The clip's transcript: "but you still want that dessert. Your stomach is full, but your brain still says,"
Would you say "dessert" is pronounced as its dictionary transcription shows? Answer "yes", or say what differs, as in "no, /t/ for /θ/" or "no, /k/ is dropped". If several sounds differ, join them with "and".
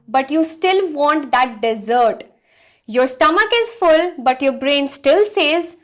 yes